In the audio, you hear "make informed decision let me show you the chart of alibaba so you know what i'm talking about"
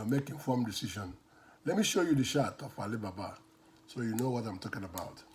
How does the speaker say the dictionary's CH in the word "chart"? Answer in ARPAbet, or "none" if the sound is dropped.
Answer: SH